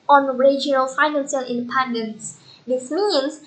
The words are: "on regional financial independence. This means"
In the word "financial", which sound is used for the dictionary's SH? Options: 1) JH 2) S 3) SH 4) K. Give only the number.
2